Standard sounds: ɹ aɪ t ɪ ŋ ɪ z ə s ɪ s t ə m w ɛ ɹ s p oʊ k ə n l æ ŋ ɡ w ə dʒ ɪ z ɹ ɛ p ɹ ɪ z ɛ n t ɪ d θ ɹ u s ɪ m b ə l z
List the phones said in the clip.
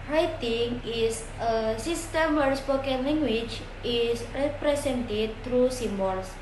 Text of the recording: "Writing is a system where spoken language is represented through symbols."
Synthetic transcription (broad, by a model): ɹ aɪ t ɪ ŋ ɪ s ə s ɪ s t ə m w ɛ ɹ s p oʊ k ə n l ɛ ŋ ɡ w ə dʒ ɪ s ɹ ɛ p ɹ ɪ s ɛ n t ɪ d t ɹ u s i m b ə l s